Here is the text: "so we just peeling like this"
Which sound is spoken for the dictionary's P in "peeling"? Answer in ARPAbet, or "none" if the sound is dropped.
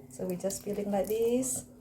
F